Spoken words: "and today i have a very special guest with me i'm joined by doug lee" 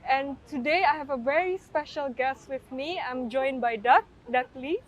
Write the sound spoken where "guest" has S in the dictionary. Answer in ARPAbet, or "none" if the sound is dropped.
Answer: S